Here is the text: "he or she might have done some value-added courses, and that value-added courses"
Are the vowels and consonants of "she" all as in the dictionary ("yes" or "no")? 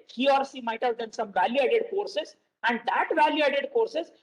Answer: no